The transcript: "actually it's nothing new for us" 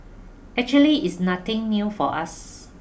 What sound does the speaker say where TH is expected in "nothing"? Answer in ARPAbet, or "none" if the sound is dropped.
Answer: T